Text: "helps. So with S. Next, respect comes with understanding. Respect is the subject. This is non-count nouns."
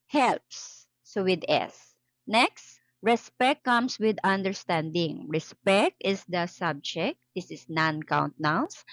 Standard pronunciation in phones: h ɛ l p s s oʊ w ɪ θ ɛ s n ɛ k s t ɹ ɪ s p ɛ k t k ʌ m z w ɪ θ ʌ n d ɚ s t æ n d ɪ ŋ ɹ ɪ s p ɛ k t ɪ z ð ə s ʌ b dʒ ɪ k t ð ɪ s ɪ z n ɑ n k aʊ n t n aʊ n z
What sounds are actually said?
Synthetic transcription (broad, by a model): h ɛ l p s s oʊ w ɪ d ɛ s n ɛ k s t ɹ ɪ s p ɛ k t k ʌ m s w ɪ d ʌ n d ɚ s t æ n d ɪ ŋ ɹ ɪ s p ɛ k t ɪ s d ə s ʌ b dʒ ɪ k t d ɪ s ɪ s n ɑ n k aʊ n t n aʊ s